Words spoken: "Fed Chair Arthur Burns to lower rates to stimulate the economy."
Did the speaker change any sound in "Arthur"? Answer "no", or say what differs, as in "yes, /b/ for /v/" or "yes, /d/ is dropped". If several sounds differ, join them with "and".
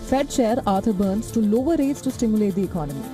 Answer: yes, /t/ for /θ/